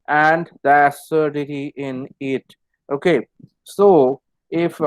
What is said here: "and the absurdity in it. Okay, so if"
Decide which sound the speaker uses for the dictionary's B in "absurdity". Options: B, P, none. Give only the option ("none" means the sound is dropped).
none